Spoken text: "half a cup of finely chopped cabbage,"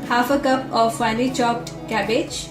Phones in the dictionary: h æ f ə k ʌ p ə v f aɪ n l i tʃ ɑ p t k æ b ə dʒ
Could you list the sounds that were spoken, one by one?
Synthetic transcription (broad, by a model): h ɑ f ə k ʌ p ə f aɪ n i tʃ ɑ p t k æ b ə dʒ